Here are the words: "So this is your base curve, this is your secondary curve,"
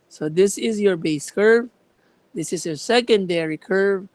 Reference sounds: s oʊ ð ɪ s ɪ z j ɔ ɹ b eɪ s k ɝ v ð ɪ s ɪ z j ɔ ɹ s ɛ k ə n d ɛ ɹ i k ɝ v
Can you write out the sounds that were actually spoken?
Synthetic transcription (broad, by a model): s oʊ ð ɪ s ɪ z j ɔ ɹ b eɪ s k ɝ v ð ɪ s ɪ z j ɔ ɹ s ɛ k ə n d ɛ ɹ i k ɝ v